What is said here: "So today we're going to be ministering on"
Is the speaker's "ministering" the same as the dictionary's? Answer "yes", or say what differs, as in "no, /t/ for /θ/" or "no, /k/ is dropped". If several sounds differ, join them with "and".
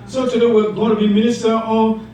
no, /ɹ/ is dropped